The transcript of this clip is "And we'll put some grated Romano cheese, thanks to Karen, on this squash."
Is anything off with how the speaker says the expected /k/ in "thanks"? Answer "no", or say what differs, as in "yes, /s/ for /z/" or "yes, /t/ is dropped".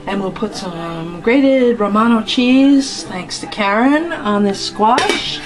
no